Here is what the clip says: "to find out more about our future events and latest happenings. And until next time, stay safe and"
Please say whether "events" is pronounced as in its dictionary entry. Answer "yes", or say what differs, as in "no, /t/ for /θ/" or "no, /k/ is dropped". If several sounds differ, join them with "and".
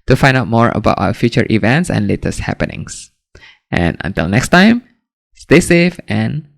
yes